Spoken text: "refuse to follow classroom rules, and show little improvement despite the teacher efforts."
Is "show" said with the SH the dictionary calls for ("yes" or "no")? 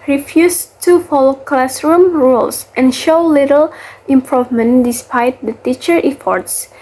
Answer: yes